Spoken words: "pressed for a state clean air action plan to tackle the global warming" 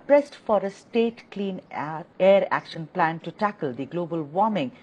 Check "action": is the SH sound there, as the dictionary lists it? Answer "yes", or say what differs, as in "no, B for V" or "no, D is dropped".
yes